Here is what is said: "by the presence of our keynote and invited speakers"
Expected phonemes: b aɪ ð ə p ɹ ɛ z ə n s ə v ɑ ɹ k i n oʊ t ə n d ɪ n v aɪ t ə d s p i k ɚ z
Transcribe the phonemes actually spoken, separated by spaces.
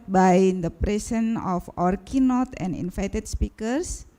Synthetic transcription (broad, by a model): b aɪ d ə p ɹ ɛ s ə n ə f ɑ ɹ k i n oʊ t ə n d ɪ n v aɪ t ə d s p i k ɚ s